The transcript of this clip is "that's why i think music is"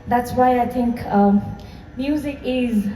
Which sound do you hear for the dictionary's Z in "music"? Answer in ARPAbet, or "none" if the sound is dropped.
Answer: Z